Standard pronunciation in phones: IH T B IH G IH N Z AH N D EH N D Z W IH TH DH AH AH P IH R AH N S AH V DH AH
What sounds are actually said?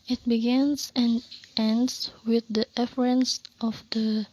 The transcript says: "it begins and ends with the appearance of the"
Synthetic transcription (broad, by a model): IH T B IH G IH N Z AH N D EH N D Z W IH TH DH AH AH F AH R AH N S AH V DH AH